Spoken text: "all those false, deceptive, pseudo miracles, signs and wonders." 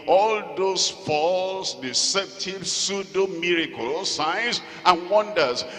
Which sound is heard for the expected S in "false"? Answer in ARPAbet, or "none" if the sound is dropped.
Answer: S